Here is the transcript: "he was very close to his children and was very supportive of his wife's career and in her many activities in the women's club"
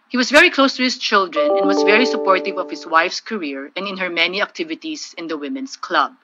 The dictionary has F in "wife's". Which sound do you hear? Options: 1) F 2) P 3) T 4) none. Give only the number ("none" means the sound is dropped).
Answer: 1